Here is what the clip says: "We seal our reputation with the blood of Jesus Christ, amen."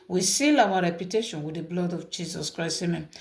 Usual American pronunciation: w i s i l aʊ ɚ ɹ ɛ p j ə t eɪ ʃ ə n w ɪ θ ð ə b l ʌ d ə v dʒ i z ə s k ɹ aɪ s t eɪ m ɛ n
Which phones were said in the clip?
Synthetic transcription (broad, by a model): w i s i l aʊ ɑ ɹ ɛ p j ə t eɪ ʃ ə n w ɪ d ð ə b l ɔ d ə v dʒ i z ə s k ɹ aɪ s eɪ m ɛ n